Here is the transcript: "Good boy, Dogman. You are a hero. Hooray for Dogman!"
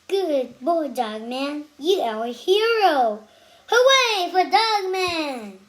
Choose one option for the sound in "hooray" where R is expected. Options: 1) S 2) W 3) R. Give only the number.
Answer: 2